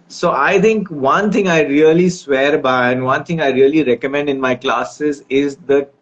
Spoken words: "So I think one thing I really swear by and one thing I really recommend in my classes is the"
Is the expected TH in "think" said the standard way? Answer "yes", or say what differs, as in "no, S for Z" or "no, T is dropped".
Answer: no, T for TH